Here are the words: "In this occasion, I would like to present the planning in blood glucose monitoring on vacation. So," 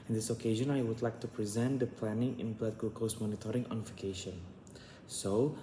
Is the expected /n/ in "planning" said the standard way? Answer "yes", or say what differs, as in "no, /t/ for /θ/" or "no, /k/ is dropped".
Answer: yes